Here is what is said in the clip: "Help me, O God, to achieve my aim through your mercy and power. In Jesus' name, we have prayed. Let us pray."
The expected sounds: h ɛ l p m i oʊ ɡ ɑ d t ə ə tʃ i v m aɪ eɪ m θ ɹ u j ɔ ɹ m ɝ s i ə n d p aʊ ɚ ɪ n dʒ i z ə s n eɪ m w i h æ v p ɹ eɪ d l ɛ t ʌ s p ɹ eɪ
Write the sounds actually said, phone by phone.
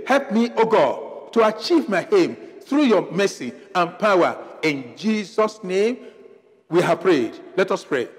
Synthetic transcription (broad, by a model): h ɛ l p m i oʊ ɡ ɑ d t ə ə tʃ i v m aɪ eɪ m θ ɹ u j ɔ m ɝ s i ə n p aʊ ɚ ɪ n dʒ i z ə s n eɪ m w i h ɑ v p ɹ eɪ d l ɛ t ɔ s p ɹ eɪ